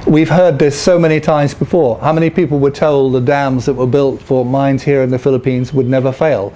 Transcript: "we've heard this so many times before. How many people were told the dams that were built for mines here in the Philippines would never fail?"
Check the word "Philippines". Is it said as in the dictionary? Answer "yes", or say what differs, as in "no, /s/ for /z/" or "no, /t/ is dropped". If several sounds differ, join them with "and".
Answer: yes